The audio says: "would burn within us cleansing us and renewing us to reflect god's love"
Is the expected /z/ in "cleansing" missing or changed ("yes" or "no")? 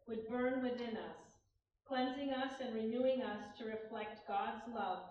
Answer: no